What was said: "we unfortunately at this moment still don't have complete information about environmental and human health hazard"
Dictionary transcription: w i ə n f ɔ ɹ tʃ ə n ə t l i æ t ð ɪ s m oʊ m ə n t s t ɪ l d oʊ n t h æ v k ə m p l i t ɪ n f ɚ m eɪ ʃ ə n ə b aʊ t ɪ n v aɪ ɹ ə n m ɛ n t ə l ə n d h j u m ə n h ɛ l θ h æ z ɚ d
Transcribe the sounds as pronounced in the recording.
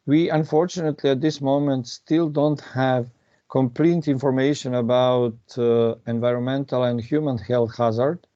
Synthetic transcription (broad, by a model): w i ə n f ɔ ɹ tʃ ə n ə t l i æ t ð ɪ s m oʊ m ə n t s t ɪ l d oʊ n t h æ v k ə m p l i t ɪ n f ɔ m eɪ ʃ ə n ə b aʊ t ɪ n v aɪ ɹ ə n m ɛ n t ə l ə n d h j u m ə n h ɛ l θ h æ z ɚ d